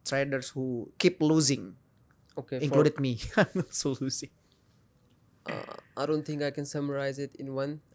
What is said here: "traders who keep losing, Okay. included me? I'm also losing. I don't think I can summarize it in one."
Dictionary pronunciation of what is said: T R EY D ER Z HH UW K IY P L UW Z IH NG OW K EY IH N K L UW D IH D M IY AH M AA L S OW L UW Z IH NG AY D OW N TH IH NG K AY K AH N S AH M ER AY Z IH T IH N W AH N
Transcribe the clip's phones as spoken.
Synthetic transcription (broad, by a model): T R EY D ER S HH UW K IY P L UW Z IH NG OW K EY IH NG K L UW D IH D M IY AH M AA S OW L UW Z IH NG AY D OW N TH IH NG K AY K AH N S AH M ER AY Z IH T IH N W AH N